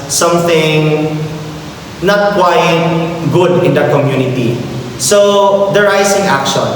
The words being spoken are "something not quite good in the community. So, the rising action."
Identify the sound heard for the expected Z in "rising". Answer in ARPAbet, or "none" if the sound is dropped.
S